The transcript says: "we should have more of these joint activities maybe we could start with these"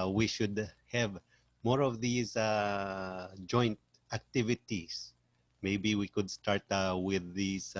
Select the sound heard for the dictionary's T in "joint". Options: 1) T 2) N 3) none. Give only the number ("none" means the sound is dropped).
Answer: 1